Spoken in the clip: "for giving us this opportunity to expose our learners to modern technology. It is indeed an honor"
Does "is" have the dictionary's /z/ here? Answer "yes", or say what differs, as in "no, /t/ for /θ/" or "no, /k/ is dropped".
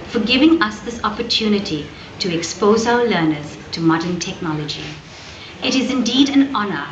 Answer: yes